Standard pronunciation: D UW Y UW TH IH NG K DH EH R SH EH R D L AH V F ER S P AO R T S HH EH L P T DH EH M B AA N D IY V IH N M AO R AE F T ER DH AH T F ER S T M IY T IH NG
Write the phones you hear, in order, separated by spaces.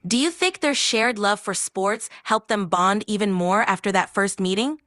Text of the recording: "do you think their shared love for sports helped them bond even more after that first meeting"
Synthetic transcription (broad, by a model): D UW Y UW TH IH NG K DH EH R SH EH R D L AH V F ER S P AO R T S HH EH L P DH EH M B AA N D IY V IH N M AO R AE F T ER DH AH T F ER S T M IY T IH NG